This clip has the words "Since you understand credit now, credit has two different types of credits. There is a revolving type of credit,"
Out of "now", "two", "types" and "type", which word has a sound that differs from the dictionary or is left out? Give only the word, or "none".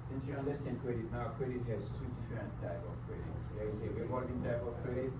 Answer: types